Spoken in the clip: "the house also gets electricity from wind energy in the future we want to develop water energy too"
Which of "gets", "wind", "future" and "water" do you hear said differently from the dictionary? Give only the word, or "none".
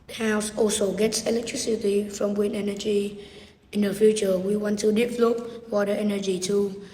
wind